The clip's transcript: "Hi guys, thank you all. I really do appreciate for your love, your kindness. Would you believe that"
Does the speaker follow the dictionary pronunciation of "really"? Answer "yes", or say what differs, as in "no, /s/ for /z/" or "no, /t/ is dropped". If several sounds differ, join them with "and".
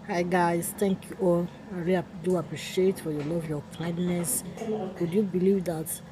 no, /l/ is dropped